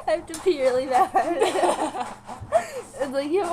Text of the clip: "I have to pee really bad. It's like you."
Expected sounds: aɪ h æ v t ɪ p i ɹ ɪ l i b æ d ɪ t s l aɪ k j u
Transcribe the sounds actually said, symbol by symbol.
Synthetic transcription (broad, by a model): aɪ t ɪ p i ɹ ɪ l i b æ ɪ t s l aɪ k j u